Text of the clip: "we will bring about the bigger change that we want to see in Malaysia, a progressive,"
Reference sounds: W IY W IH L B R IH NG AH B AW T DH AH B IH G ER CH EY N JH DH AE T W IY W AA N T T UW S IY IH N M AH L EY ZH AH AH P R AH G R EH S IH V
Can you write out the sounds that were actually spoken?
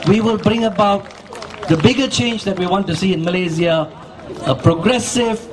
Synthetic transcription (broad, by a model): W IY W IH L B R IH NG AH B AW T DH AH B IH G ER CH EY N JH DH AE T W IY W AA N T T UW S IY IH N M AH L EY Z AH AH P R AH G R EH S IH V